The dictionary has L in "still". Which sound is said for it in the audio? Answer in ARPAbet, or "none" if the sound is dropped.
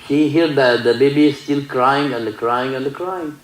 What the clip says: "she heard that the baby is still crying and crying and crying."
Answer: L